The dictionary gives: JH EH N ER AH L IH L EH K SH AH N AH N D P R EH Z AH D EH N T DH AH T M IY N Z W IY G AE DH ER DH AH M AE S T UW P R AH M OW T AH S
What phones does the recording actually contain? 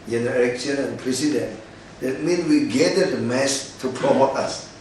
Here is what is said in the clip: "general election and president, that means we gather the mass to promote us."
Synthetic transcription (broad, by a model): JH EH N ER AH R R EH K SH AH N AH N P R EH S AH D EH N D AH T M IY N W IY G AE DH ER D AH M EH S T UW P R AH M OW T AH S